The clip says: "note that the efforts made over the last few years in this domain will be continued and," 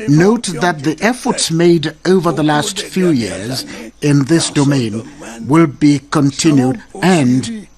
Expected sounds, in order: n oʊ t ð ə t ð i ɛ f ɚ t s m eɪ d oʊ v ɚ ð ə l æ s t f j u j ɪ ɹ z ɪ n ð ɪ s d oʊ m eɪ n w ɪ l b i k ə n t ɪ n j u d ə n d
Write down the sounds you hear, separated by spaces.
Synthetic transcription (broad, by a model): n oʊ t ð ə t ð i ɛ f ɚ t s m eɪ d oʊ v ɚ ð ə l æ s t f j u j ɪ ɹ z ɪ n ð ɪ s d oʊ m eɪ n w ɪ l b i k ə n t ɪ n j u d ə n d